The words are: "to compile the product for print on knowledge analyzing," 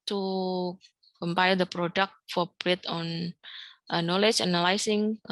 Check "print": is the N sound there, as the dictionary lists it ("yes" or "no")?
no